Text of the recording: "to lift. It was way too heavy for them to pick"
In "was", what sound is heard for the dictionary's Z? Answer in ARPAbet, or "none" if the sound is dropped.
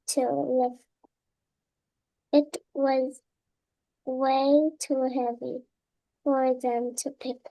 Z